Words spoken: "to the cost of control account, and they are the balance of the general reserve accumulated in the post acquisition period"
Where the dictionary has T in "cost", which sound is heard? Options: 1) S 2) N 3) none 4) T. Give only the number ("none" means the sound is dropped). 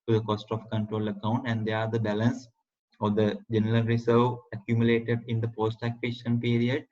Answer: 4